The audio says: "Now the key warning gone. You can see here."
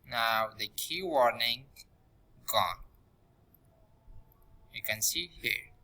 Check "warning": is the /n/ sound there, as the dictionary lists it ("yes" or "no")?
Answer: yes